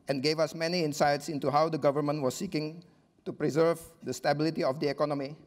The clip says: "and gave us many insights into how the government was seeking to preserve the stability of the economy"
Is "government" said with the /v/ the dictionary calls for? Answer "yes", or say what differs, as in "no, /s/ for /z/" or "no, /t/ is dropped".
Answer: yes